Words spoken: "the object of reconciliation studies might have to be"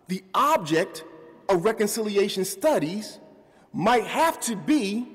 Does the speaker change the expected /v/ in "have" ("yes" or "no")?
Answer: yes